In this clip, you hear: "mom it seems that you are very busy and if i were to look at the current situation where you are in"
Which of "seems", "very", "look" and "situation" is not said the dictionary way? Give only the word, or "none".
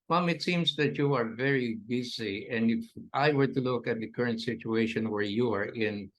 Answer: seems